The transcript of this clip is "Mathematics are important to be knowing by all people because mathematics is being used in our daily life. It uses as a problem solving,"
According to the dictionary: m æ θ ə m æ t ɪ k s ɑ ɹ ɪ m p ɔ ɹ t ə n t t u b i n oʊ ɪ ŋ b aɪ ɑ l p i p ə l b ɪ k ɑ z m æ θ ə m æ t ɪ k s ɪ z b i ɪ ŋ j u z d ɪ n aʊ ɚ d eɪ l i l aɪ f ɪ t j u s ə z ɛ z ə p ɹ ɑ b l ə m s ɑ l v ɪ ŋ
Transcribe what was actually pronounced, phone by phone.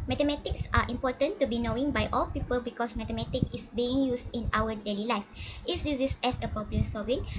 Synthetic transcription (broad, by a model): m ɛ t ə m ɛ t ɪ k s ɑ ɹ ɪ m p ɔ t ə n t t u b i n oʊ ɪ ŋ b aɪ ɑ l p i p ə l b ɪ k ɑ s m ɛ t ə m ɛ t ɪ k ɪ s b i ɪ ŋ j u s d ɪ n aʊ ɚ d eɪ l i l aɪ f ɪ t j u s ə s ɛ s ə p ɑ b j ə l s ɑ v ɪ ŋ